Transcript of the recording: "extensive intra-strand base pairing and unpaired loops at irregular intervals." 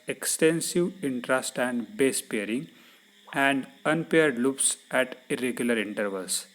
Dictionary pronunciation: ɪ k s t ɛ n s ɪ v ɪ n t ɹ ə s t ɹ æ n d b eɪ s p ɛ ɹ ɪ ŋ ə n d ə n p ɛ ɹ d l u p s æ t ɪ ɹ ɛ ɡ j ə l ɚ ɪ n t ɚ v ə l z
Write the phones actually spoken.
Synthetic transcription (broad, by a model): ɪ k s t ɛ n s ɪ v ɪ n t ɹ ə s t æ n d b eɪ s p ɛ ɹ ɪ ŋ ə n d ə n p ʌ ɹ d l u p s æ t ɪ ɹ ɛ ɡ j ə l ɚ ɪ n t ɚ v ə l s